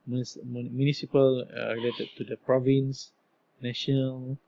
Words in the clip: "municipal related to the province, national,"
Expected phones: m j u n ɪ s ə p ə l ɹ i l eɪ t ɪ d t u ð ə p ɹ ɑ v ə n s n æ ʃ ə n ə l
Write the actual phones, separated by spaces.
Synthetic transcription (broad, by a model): m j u n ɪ s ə p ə l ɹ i l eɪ t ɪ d t u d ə p ɹ ɑ v ə n s n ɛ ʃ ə n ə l